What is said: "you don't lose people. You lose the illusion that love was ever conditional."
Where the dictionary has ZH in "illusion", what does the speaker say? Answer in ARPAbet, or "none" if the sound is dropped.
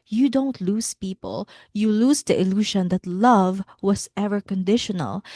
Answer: SH